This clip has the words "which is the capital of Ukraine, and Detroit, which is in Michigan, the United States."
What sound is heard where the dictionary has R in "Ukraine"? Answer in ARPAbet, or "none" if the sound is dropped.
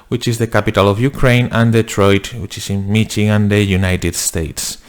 R